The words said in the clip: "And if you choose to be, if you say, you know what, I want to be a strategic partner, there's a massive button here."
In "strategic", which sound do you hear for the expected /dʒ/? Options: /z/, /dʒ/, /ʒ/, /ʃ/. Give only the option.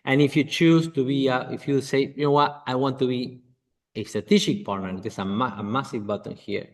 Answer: /ʃ/